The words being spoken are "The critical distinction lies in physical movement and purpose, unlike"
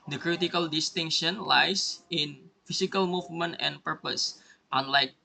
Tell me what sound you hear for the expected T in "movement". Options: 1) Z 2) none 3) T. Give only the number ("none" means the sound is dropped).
3